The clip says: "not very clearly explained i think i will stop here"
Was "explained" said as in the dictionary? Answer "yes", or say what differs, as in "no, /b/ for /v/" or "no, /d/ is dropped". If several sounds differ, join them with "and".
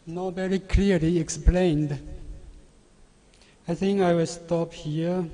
yes